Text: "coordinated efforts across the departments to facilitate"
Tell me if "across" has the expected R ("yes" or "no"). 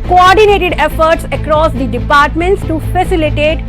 yes